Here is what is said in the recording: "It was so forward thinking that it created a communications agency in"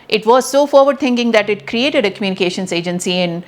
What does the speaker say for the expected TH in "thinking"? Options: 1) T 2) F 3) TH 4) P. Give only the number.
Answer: 1